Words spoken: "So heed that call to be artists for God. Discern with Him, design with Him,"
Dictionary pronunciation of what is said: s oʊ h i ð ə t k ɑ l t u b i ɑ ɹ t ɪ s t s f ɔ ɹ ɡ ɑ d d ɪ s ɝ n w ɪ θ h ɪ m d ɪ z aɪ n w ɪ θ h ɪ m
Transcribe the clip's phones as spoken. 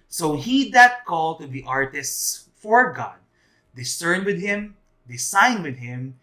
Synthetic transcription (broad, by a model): s oʊ h i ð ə t k ɑ l t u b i ɑ ɹ t ɪ s t s f ɔ ɹ ɡ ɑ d d ɪ s ɝ n w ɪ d h ɪ m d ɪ s aɪ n w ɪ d h ɪ m